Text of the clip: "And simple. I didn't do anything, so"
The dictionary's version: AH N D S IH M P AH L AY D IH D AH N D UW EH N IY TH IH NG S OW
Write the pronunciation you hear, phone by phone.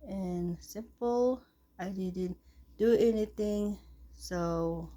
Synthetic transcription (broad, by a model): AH N S IH M P AH L AY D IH D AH N D UW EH N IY T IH NG S OW